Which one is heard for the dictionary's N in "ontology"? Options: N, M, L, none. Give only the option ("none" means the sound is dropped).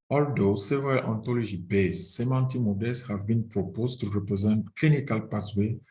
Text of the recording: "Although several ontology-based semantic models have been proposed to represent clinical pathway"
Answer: N